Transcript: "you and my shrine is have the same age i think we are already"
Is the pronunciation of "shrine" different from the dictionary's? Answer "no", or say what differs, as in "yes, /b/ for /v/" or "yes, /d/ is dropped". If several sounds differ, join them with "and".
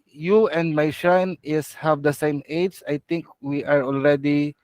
yes, /ɹ/ is dropped